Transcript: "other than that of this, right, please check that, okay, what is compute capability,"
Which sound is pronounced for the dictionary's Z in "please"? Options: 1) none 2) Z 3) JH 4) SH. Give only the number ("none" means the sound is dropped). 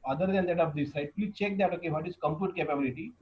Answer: 1